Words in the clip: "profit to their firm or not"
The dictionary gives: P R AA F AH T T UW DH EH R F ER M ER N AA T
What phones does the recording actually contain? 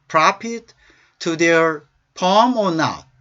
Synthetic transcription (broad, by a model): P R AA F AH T T UW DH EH R P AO M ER N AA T